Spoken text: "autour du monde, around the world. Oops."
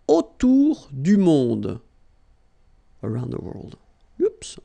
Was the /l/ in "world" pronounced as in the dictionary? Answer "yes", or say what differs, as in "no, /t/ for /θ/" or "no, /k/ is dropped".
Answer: yes